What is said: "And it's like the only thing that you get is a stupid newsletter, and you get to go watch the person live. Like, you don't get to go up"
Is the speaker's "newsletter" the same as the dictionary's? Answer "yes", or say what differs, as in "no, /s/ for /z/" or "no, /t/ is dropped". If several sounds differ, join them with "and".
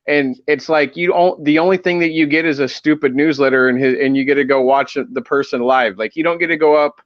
yes